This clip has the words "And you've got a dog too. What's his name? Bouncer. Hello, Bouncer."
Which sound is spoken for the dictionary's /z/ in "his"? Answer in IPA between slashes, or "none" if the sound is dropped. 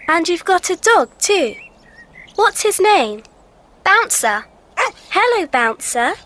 /z/